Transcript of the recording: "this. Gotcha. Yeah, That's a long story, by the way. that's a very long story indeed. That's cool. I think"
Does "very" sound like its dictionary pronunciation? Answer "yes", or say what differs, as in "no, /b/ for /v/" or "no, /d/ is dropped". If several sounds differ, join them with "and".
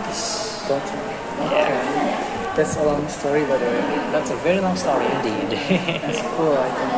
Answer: yes